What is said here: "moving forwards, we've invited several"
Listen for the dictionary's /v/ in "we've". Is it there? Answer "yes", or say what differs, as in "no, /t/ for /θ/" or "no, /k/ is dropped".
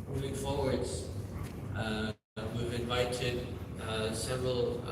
yes